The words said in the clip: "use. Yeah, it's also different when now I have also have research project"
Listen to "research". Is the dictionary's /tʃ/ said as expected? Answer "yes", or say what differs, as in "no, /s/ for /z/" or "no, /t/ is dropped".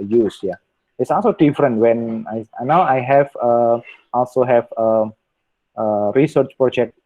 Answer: yes